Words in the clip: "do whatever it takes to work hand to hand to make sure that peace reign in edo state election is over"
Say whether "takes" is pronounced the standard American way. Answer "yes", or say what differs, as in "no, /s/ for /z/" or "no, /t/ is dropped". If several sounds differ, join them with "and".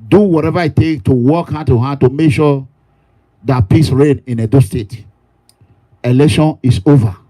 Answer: no, /s/ is dropped